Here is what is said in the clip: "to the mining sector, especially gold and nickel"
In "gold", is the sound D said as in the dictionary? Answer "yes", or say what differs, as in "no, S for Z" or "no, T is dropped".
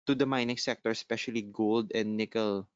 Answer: yes